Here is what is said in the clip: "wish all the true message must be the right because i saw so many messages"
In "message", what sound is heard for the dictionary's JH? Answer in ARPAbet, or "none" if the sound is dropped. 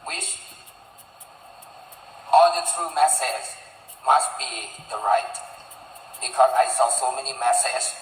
Z